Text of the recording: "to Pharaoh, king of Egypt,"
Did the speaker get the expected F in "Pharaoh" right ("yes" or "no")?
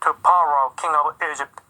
no